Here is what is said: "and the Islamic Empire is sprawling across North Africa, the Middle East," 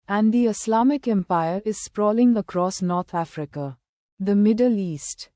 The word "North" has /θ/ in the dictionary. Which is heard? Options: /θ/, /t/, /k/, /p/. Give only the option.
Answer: /t/